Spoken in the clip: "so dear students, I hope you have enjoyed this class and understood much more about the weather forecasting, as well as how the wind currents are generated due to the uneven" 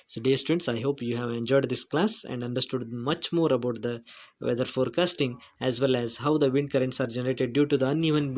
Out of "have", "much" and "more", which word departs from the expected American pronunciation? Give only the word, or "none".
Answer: none